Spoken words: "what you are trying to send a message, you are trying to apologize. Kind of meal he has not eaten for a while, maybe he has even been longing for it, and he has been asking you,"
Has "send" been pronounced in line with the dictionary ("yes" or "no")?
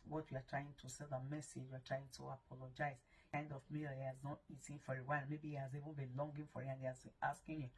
no